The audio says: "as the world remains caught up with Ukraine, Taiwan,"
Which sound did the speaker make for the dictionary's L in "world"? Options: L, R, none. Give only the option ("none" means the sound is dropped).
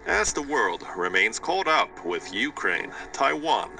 L